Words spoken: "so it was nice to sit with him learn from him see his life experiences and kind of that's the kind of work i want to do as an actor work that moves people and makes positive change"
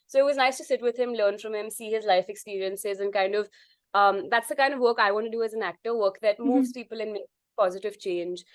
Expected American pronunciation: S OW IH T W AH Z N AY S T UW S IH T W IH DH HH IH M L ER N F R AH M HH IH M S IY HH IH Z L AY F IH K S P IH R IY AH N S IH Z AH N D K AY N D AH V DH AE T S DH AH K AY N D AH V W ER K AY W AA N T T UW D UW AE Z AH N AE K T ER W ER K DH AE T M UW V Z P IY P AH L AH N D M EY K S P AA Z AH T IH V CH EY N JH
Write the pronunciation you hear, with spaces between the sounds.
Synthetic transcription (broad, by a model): S OW IH T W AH Z N AY S T UW S IH T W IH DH HH IH M L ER N F R AH M HH IH M S IY HH IH Z L AY F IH K S P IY R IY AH N S IH Z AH N K AY N D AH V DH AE T S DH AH K AY N D AH V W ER K AY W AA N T T UW D UW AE Z AH N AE K T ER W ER K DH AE T M UW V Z P IY P AH L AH N M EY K P AA Z AH T IH V CH EY N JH